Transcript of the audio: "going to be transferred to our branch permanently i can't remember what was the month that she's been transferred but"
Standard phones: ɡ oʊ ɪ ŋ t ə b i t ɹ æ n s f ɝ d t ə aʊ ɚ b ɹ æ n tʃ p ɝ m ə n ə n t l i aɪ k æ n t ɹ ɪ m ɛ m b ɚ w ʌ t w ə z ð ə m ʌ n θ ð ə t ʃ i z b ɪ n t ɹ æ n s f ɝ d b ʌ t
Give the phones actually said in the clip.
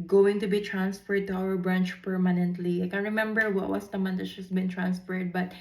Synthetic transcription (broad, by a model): ɡ oʊ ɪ ŋ t ə b i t ɹ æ n s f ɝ d t ə aʊ ɚ b ɹ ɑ n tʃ p ɝ m ə n ə n t l i aɪ k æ n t ɹ ɪ m ɛ m b ɚ w ʌ t w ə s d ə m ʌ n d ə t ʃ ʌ s b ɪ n t ɹ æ n s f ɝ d b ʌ t